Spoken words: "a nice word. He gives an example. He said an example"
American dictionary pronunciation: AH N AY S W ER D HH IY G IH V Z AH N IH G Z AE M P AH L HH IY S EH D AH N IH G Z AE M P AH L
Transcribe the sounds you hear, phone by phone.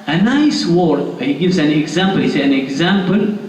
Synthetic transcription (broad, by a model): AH N AY S W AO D HH IY G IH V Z AH N IH G Z AE M P AH L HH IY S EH AH N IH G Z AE M P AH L